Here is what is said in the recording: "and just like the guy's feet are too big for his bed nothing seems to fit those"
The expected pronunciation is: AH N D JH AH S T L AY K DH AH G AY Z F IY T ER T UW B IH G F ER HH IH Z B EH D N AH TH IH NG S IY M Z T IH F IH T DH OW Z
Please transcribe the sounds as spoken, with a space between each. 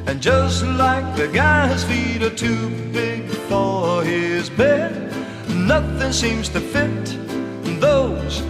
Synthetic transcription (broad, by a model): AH N JH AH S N L AY K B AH G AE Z F IY T ER T UW B IH G F ER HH IH Z B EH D N AH TH IH NG S IY M Z T IH F IH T DH OW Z